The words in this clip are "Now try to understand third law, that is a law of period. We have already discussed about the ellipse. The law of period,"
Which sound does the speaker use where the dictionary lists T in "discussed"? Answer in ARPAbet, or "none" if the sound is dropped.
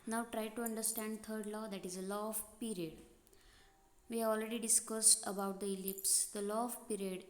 T